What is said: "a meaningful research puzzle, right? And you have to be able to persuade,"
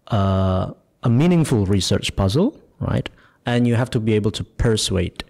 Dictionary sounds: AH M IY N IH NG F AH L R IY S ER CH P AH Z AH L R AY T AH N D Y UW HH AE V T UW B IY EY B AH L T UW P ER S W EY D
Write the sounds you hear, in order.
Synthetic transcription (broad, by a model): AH M IY N IH NG F AH L R IY S ER CH P AH Z AH L R AY T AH N Y UW HH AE F T UW B IY EY B AH L T UW P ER S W EY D